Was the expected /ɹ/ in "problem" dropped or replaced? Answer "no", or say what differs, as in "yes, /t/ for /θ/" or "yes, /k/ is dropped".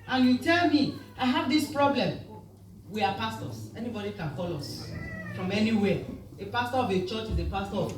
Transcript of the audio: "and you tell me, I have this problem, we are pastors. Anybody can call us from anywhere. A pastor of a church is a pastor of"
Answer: no